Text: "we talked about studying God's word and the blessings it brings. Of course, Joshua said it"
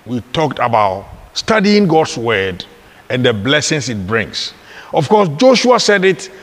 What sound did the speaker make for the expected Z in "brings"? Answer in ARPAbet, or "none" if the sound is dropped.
S